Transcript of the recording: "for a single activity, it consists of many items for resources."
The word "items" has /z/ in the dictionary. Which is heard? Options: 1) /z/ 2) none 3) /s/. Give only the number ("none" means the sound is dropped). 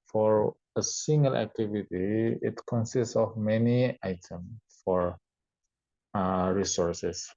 2